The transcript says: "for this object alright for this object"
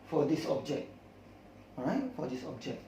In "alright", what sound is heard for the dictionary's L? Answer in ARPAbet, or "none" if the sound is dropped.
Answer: none